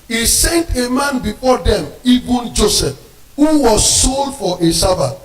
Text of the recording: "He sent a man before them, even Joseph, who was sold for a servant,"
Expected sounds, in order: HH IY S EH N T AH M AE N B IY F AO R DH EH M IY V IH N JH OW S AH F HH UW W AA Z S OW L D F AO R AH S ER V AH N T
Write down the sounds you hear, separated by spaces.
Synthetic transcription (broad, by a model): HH IY S EH N T AH M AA N B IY F AO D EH M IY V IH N JH OW S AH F HH UW W AA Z S OW L D F AO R AH S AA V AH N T